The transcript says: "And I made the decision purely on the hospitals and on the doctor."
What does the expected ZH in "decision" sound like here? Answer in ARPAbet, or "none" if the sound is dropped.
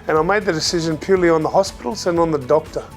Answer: ZH